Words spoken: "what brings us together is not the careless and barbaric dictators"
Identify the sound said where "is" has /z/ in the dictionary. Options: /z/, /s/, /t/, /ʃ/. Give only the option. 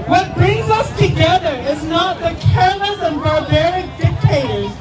/z/